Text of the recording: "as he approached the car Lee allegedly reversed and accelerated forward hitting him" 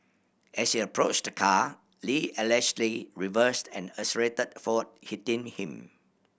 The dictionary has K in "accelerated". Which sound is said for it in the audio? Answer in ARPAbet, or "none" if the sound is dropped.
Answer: none